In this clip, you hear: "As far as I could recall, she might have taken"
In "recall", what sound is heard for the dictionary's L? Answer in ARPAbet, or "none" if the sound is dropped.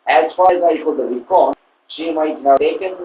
N